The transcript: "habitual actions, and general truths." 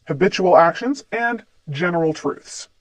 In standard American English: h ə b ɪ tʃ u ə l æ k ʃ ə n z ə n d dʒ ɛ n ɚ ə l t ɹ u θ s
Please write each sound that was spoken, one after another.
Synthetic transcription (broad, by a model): h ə b ɪ tʃ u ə l æ k ʃ ə n z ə n dʒ ɛ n ɚ l t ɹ u θ s